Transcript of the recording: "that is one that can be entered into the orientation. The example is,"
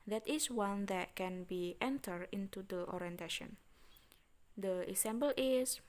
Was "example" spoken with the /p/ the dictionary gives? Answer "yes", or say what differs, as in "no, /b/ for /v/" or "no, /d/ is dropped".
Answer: no, /b/ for /p/